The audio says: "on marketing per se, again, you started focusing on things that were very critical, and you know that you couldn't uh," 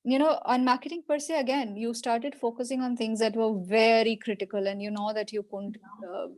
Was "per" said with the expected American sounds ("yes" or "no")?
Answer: yes